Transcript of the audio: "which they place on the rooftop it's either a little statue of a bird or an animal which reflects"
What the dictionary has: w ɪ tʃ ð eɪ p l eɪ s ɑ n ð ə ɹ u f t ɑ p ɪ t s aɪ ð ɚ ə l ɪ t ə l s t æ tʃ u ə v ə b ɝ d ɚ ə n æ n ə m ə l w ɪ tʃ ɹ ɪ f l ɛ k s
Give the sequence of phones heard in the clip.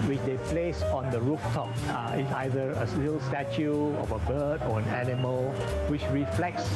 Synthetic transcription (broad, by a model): w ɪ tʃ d eɪ p l eɪ s ɑ n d ə ɹ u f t ɑ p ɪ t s aɪ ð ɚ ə l ɪ t ə l s t æ tʃ u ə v ə b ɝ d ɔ ə n æ n ə m ə l w ɪ tʃ ɹ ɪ f l ɛ k s